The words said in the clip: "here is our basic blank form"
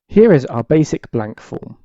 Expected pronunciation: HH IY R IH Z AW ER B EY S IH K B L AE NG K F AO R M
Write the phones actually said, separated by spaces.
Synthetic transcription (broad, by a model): HH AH R IH Z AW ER B EY S IH K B L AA NG K F AO M